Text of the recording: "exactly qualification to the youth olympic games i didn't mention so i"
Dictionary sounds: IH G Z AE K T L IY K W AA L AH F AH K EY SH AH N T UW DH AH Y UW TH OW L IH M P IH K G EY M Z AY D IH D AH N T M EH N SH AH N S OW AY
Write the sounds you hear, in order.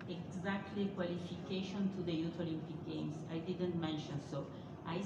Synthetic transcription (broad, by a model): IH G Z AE K T L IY K W AA L AH F AH K EY SH AH N T UW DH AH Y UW T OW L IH M P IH K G EY M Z AY D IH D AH N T M EH N SH AH N S OW AY